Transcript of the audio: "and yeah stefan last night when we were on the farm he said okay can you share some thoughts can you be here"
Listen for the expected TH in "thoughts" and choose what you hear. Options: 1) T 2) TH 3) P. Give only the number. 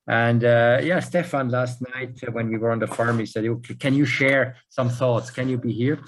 2